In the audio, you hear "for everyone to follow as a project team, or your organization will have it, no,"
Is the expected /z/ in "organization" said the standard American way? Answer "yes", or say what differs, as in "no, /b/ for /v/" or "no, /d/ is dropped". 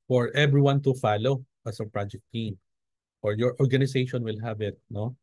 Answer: no, /s/ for /z/